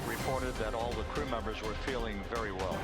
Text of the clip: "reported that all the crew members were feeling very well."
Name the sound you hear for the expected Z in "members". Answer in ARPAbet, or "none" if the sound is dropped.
Z